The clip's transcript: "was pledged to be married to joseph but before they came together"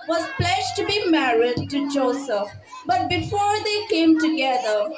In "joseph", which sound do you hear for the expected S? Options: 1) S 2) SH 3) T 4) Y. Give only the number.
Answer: 1